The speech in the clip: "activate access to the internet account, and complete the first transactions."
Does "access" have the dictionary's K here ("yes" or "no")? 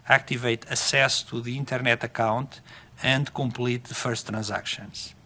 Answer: no